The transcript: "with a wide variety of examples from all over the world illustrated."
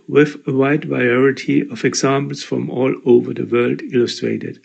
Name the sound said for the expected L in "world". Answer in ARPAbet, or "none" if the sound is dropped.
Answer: L